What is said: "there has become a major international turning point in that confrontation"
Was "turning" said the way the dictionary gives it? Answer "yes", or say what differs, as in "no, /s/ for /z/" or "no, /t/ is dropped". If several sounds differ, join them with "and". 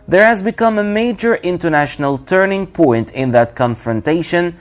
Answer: yes